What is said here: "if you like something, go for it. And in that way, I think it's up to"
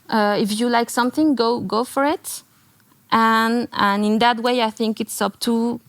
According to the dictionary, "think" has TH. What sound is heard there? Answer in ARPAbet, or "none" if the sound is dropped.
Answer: TH